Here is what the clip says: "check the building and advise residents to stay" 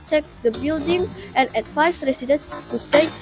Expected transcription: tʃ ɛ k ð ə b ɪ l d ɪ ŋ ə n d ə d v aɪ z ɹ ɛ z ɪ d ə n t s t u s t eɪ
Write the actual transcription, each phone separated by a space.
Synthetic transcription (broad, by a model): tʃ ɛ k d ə b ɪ l d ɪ ŋ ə n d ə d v aɪ s ɹ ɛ s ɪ d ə n s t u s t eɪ